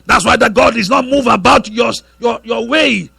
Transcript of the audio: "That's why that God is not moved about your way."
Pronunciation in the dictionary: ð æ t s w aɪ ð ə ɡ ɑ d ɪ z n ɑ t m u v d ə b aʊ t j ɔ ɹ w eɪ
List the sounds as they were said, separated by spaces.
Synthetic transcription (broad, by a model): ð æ t s w aɪ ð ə ɡ ɑ d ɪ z n ɑ t m u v ə b aʊ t j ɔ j w eɪ